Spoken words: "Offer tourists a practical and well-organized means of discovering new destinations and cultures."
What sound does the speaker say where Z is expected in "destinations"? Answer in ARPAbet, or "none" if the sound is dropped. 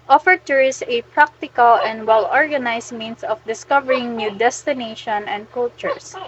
none